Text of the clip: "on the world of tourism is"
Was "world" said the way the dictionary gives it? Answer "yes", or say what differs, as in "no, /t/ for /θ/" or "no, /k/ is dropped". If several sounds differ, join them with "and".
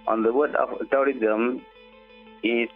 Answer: no, /l/ is dropped